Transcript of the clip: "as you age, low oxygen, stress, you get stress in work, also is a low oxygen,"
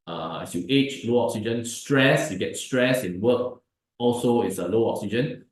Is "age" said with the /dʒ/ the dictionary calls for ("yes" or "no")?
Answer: no